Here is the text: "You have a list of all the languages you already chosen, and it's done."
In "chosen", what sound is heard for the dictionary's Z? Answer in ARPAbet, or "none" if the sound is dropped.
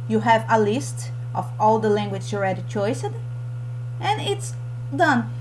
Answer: S